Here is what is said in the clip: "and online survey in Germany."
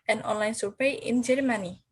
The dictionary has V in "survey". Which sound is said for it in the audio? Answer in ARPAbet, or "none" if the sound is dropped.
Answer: P